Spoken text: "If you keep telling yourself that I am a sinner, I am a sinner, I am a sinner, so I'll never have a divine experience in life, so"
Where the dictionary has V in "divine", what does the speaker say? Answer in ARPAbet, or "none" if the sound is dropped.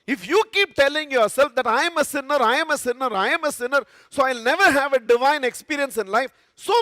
V